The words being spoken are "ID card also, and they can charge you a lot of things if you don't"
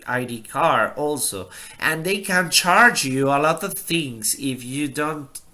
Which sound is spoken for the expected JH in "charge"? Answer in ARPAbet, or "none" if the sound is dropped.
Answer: JH